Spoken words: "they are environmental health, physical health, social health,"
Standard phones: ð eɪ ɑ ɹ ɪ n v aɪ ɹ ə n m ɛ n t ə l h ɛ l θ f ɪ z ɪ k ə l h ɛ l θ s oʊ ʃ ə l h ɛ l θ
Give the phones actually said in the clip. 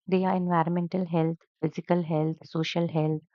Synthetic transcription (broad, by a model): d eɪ ɑ ɹ ɪ n v aɪ ɹ ə n m ɛ n t ə l h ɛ l t f ɪ z ɪ k ə l h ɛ l t s oʊ ʃ ə l h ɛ l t